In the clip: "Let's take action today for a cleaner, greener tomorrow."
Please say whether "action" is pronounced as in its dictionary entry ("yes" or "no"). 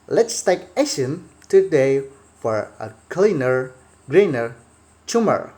no